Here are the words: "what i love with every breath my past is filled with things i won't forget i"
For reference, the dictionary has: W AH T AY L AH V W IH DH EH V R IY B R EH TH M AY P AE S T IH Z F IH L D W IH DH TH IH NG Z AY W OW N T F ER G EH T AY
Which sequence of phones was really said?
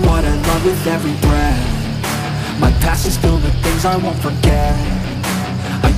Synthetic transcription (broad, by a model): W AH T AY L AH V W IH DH EH V R IY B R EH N M AY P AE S IH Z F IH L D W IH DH TH IH NG Z AY W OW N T F ER G EH T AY